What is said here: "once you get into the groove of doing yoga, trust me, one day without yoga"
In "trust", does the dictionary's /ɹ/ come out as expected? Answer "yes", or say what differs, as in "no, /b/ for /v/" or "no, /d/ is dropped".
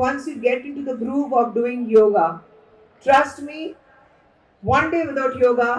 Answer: yes